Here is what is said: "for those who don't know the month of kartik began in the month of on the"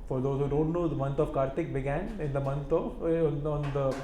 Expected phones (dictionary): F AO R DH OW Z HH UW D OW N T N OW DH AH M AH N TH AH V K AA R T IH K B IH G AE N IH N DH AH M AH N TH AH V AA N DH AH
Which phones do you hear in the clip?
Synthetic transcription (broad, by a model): F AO R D OW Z HH UW D OW N T N OW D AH M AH N T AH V K AA R T IH K B IH G AE N IH N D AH M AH N T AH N AA N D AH